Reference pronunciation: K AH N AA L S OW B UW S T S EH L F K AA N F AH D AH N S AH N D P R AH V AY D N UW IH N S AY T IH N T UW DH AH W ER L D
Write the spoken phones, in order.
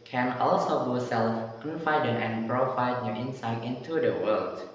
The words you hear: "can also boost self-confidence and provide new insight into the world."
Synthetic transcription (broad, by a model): K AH N AA L S OW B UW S S EH L F K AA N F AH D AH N AH N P R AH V AY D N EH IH N S AY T IH N T UW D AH W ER L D